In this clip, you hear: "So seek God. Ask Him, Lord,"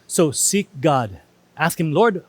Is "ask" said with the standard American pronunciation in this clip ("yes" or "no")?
yes